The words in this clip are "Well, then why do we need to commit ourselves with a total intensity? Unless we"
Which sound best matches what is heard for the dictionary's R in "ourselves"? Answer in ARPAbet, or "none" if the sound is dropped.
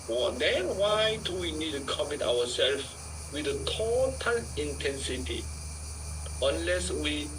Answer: W